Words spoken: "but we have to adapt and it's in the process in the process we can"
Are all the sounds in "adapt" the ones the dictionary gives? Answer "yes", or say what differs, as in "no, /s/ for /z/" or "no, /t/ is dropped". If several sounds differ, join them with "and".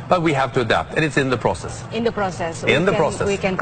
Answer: yes